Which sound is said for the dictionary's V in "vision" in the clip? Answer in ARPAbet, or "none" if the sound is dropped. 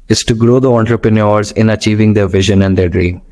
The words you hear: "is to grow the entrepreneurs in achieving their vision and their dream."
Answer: V